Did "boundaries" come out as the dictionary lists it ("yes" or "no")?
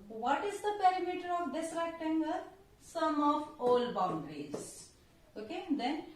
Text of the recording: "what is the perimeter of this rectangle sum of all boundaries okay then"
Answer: yes